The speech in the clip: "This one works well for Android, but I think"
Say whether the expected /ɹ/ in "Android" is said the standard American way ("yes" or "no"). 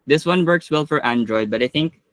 yes